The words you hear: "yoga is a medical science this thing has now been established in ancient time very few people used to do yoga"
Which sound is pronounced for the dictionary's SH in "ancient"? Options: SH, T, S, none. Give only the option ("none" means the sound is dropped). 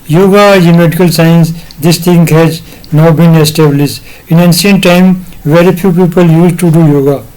S